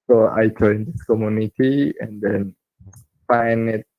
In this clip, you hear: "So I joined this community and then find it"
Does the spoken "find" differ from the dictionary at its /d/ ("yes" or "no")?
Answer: yes